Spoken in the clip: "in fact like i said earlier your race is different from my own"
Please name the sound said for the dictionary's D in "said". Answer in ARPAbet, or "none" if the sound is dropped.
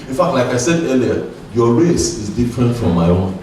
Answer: D